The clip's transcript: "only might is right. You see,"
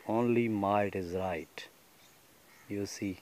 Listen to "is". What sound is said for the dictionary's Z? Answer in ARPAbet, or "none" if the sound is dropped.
Z